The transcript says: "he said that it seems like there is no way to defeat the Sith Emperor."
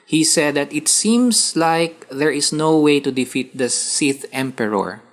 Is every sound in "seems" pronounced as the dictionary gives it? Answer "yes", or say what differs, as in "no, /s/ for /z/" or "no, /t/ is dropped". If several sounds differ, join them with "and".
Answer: no, /s/ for /z/